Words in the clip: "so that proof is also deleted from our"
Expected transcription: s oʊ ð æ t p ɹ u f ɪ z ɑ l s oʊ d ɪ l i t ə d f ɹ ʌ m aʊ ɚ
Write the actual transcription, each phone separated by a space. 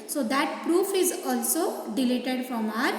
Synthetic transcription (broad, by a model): s oʊ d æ t p ɹ u f ɪ z ɑ l s oʊ d ɪ l i t ə d f ɹ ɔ m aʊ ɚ